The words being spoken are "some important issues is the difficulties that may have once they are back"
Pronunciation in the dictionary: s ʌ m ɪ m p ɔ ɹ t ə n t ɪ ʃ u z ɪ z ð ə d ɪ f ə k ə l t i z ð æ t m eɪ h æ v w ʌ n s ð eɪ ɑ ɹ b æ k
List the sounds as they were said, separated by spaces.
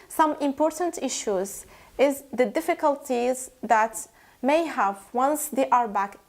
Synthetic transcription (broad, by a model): s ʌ m ɪ m p ɔ ɹ t ə n t ɪ ʃ u z ɪ z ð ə d ɪ f ə k ə l t i z ð æ t m eɪ h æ v w ʌ n s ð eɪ ɑ ɹ b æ k